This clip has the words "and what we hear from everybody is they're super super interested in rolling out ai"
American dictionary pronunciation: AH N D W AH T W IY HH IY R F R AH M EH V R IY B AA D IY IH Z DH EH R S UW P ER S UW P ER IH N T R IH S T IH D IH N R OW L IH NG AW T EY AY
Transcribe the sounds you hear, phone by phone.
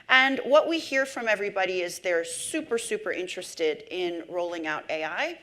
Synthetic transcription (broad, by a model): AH N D W AH T W IY HH IY R F R AH M EH V R IY B AA D IY IH Z DH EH R S UW P ER S UW P ER IH N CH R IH S T IH D IH N R OW L IH NG AW T EY AY